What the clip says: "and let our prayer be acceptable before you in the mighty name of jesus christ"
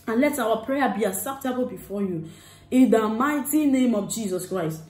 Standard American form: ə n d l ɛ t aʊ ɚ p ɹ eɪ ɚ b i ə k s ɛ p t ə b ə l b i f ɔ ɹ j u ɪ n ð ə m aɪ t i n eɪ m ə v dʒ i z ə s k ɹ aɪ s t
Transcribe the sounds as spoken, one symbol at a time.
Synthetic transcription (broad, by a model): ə n l ɛ t aʊ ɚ p ɹ eɪ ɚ b i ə s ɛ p t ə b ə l b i f ɔ j u ɪ n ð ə m aɪ t i n eɪ m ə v dʒ i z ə s k ɹ aɪ s t